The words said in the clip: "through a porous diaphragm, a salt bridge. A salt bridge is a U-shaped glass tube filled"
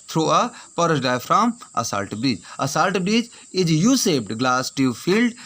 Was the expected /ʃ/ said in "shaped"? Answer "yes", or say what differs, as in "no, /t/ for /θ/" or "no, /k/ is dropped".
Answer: no, /s/ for /ʃ/